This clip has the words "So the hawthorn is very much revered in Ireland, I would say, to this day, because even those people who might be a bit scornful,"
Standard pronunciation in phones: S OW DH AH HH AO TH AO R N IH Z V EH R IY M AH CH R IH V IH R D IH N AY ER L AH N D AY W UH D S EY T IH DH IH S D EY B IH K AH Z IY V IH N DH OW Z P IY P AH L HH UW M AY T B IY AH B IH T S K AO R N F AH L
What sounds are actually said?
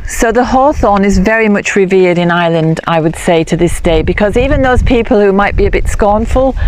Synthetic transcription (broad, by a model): S OW DH AH HH AO TH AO N IH Z V EH R IY M AH CH R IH V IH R D IH N AY L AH N D AY W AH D S EY T IH DH IH S D EY B IH K AH Z IY V IH N DH OW Z P IY P AH L HH UW M AY T B IY AH B IH T S K AO R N F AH L